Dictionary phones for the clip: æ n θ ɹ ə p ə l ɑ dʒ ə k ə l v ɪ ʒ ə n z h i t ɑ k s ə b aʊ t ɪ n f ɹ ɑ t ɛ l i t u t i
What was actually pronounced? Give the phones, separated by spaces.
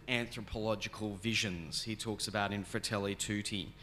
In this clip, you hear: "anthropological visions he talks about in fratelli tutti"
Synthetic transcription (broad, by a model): æ n θ ɹ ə p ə l ɑ dʒ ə k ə l v ɪ ʒ ə n z h i t ɑ k s ə b aʊ t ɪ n f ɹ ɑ t ɛ l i t u t i